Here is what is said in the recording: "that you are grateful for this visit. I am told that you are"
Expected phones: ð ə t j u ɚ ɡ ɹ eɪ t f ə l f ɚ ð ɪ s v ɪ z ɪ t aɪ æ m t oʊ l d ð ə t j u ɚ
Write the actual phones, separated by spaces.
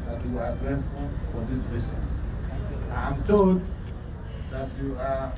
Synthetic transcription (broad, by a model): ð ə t j u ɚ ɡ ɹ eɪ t f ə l f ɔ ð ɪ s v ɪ s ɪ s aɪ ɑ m t oʊ l d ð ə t j u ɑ